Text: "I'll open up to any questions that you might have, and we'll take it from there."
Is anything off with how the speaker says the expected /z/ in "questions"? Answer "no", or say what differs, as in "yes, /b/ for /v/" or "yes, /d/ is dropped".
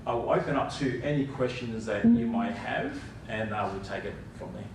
no